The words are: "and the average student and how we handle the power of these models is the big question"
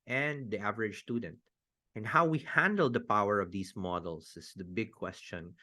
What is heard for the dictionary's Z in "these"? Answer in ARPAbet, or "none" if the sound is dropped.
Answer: S